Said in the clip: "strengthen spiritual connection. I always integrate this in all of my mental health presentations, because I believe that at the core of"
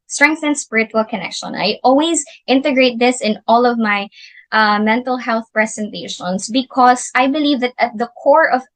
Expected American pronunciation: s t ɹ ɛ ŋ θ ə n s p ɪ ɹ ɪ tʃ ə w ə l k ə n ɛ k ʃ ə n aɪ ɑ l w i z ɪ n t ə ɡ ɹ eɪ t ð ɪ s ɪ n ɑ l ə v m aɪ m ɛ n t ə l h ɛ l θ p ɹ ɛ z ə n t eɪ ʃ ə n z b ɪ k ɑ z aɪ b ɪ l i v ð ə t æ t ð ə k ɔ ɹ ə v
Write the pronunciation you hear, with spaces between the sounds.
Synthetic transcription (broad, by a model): s t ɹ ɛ ŋ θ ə n s p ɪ ɹ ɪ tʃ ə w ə l k ə n ɛ k ʃ ə n aɪ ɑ l w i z ɪ n t ə ɡ ɹ eɪ t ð ɪ s ɪ n ɑ l ə v m aɪ m ɛ n t ə l h ɛ l θ p ɹ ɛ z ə n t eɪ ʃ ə n s b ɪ k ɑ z aɪ b ɪ l i v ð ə t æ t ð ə k ɔ ɹ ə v